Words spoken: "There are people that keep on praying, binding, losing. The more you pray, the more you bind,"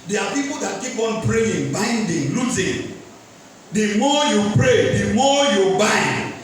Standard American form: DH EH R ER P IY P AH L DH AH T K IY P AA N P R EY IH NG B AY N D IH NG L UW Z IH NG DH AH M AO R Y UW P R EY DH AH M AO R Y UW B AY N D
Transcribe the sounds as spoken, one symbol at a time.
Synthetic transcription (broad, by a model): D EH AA P IY P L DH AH T K IY P AA N P R EY IH NG B AY N D IH NG L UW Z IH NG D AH M AO Y UW P R EY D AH M AO Y UW B AY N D